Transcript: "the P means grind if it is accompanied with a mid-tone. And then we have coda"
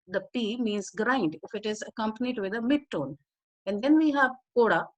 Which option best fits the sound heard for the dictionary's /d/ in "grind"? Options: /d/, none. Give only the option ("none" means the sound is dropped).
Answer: /d/